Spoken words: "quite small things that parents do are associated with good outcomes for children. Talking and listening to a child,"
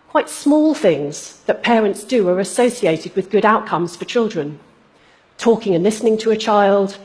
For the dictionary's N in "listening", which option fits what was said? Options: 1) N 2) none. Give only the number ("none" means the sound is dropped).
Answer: 1